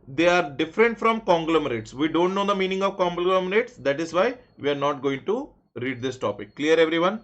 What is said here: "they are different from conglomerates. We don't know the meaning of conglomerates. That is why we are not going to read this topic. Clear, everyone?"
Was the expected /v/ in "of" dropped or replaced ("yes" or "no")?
no